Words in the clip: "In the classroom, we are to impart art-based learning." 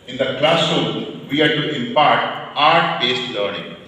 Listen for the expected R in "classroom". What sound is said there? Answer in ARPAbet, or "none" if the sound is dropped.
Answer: none